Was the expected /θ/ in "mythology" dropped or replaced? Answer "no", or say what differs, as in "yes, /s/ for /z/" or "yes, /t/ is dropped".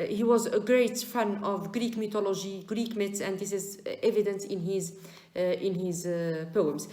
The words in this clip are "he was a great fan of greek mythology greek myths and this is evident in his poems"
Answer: yes, /t/ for /θ/